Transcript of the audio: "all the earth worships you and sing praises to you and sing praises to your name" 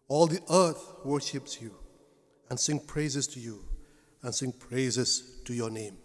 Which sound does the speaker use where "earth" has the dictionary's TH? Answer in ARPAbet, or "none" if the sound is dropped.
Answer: TH